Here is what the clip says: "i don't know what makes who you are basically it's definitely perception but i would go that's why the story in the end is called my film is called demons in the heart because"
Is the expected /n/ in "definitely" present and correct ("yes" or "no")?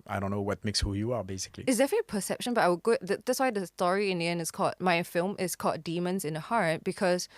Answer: no